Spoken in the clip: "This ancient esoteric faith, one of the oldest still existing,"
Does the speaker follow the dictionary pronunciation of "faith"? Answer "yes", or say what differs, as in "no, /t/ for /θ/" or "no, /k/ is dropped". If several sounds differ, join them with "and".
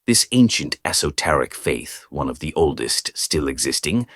yes